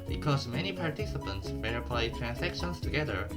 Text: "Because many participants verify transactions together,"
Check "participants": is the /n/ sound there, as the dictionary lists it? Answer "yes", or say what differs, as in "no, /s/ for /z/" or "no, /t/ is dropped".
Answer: yes